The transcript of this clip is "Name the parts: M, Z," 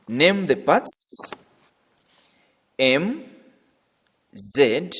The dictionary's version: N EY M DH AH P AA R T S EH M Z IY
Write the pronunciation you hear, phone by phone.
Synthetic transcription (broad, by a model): N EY M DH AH B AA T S EH M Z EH